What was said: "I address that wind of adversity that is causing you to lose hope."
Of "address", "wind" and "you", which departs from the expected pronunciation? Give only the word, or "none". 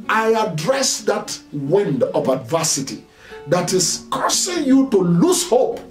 none